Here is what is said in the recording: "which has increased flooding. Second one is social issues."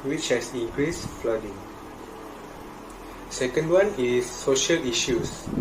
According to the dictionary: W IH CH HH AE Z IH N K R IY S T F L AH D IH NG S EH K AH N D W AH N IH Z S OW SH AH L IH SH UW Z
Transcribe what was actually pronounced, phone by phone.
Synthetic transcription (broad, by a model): W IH CH HH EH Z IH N K R IY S F L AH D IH NG S EH K AH N D W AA N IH S OW SH AH L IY SH UW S